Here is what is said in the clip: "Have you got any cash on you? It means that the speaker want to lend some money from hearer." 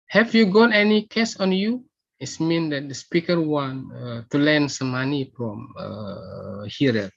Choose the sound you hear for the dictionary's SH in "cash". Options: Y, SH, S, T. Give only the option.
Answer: S